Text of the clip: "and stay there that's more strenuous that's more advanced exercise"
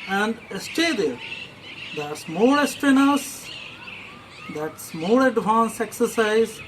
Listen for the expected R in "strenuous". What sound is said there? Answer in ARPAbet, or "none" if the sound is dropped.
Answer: none